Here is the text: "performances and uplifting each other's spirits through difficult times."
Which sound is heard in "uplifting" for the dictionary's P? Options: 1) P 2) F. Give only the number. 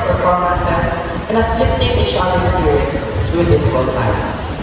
2